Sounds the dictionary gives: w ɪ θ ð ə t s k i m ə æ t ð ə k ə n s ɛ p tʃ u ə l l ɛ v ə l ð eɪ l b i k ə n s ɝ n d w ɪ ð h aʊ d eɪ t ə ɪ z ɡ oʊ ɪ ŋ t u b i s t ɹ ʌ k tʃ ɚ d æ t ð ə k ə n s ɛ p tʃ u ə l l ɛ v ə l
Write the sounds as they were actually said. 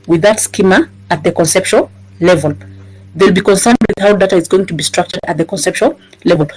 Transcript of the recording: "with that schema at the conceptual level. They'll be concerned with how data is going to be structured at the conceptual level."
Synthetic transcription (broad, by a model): w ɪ ð ə t s k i m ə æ t ð ə k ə n s ɛ p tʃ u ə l l ɛ v ə l ð eɪ l b i k ə n s ɝ n d w ɪ ð h aʊ d eɪ t ə ɪ z ɡ oʊ ɪ ŋ t u b i s t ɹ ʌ k tʃ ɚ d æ t ð ə k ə n s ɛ p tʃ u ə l l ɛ v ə l